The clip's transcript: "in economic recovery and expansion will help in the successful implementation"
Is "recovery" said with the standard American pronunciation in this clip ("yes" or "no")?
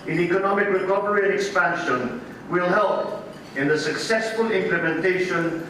no